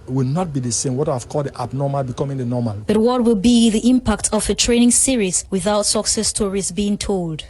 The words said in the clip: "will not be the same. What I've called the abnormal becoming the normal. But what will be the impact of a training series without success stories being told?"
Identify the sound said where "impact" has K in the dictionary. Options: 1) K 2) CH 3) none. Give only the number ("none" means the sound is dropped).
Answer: 1